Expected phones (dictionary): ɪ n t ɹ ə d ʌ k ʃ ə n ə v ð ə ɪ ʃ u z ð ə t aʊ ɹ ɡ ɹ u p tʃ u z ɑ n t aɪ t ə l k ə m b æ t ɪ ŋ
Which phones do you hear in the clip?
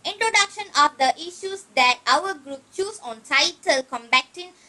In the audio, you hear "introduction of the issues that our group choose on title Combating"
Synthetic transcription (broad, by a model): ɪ n t ɹ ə d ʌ k ʃ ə n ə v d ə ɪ ʃ u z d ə t aʊ w ɡ ɹ u p tʃ u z ɑ n t aɪ t ə l k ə m b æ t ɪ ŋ